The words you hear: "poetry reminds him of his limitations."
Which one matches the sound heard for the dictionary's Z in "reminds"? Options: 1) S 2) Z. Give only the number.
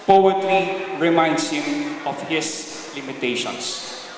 1